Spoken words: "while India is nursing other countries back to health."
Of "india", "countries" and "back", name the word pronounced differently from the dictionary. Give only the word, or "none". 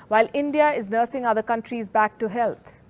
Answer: none